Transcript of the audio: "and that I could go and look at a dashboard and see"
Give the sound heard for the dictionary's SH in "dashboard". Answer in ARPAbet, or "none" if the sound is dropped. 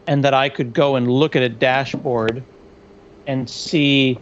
SH